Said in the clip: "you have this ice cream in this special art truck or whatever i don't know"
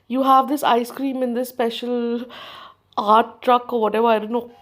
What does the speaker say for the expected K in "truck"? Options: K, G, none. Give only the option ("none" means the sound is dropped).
K